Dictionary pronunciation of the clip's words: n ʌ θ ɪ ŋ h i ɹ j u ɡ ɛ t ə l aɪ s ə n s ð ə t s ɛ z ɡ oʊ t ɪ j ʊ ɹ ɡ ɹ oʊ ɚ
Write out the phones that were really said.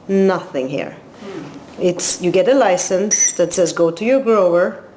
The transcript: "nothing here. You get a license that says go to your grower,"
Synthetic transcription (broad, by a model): n ʌ θ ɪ ŋ h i ɹ j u ɡ ɛ t ə l aɪ s ə n s ð ə t s ɛ z ɡ oʊ t ɪ j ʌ ɹ ɡ ɹ oʊ ɚ